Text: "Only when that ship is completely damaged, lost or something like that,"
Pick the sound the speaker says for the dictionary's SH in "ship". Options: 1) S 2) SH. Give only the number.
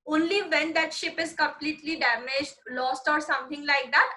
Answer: 2